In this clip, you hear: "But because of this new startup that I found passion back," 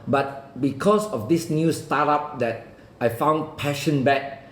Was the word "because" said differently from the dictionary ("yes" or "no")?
yes